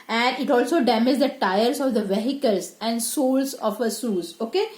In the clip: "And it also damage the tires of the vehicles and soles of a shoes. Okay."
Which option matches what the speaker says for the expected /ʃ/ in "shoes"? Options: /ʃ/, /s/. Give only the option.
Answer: /s/